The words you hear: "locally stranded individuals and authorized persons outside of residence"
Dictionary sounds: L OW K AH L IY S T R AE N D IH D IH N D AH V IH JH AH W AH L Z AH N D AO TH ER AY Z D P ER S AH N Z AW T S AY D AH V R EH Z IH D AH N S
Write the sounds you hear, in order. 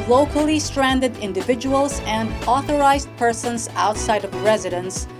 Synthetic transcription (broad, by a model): L OW K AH L IY S T R AE N D IH D IH N D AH V IH JH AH W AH L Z AH N D AO TH ER AY Z D P ER S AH N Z AW T S AY D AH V R EH Z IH D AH N S